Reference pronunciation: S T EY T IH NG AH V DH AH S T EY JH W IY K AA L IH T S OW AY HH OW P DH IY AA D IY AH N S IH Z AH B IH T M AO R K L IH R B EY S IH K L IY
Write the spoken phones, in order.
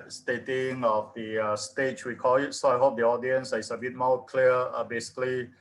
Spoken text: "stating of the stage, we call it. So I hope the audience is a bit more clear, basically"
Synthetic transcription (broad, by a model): S T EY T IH NG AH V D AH S T EY CH W IY K AA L IH T S OW AY HH OW P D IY AA D IY AH N S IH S AH B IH T M AO K L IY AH B EY S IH K L IY